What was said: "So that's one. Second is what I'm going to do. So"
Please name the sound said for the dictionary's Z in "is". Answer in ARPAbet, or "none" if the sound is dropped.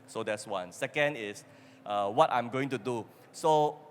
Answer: S